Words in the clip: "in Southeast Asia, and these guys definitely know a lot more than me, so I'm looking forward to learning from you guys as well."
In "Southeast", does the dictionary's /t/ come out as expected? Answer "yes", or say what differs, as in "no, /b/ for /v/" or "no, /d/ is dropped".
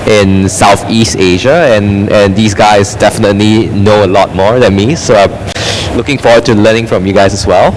yes